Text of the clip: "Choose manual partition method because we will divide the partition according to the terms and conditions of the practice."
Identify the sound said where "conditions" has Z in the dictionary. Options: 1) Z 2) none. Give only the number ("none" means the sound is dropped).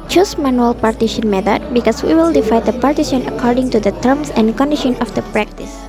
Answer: 2